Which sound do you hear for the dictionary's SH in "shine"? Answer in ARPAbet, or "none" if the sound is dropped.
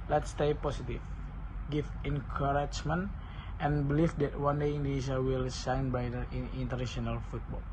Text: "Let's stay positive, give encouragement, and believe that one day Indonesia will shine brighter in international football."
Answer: S